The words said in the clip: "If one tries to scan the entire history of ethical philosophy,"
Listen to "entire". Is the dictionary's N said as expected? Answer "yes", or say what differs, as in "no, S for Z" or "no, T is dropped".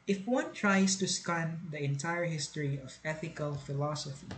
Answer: yes